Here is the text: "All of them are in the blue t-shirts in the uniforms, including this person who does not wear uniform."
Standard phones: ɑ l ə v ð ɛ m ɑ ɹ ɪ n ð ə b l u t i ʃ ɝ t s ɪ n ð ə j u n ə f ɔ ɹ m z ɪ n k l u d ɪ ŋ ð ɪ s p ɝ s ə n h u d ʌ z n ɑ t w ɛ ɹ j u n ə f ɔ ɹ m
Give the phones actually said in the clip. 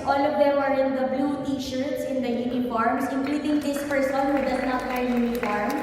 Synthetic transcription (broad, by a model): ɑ l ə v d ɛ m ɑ ɹ ɪ n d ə b l u t i ʃ ɝ t s ɪ n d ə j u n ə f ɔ ɹ m s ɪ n k l u d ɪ ŋ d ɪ s p ɝ s ə n h u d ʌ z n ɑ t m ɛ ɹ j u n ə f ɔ ɹ m